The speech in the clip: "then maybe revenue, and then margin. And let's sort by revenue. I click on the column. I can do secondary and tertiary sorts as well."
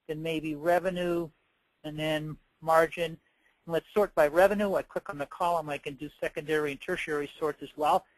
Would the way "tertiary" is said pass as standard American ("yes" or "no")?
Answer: yes